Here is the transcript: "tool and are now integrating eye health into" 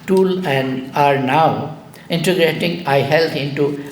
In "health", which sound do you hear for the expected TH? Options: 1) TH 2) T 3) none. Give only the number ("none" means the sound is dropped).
2